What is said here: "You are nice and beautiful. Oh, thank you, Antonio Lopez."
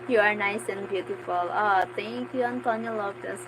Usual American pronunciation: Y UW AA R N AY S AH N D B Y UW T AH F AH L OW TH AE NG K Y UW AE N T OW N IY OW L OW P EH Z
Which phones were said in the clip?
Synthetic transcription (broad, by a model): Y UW AA R N AY S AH N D B Y UW T AH F AH L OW T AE NG K Y UW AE N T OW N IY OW L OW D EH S